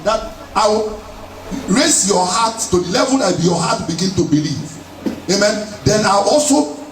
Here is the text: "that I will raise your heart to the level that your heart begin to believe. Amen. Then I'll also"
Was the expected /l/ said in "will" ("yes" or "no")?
no